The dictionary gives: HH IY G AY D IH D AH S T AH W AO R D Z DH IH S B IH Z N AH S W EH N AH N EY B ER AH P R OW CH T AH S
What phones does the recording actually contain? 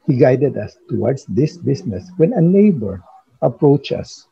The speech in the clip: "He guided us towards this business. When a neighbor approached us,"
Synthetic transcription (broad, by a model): HH IY G AY D IH D AH S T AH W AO R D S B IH S B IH S N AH S W EH N AH N EY B ER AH P R OW CH AH S